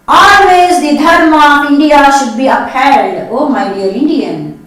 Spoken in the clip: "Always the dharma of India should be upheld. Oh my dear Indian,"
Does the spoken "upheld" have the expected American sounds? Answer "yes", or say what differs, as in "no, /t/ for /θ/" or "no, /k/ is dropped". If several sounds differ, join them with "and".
no, /l/ is dropped